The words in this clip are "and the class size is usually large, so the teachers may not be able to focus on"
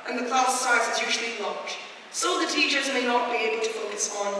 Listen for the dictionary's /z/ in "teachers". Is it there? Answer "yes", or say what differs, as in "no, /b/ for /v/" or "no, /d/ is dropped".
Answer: yes